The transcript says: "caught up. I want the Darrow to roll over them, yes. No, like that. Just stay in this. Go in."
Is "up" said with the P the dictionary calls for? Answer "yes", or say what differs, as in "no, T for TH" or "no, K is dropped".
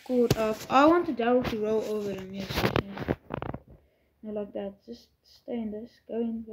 no, F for P